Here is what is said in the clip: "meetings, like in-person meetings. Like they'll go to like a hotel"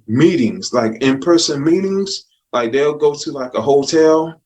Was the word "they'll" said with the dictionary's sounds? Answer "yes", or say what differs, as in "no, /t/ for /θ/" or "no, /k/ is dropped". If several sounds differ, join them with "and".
yes